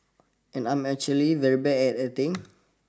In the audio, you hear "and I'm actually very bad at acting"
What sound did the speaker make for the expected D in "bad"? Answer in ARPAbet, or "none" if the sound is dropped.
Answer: none